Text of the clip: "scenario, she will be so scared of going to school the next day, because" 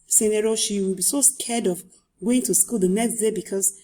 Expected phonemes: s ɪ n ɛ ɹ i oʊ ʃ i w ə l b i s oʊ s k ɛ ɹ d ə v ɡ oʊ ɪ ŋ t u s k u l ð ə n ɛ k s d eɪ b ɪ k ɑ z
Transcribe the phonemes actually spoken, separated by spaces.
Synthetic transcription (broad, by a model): s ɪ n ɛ ɹ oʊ ʃ i w ə l b i s oʊ s k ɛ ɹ d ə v ɡ oʊ ɪ ŋ t u s k u l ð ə n ɛ k s d eɪ b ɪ k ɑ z